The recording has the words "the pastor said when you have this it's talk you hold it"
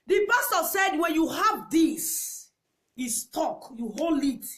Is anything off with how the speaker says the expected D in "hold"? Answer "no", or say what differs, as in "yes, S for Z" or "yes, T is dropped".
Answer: yes, D is dropped